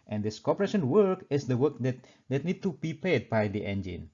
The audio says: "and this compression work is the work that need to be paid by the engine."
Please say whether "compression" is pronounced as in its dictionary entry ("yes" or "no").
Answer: no